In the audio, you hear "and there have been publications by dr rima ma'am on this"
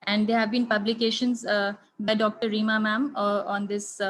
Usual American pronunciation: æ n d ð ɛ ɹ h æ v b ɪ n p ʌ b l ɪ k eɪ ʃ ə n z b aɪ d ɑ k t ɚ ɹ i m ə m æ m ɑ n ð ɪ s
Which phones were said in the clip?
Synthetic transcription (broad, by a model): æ n d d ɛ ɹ h æ v b ɪ n p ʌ b l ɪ k eɪ ʃ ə n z b aɪ d ɑ k t ɚ ɹ i m ə m æ m ɑ n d ɪ s